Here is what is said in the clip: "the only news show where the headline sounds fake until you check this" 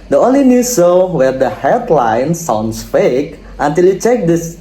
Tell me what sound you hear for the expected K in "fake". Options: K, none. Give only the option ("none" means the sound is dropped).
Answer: K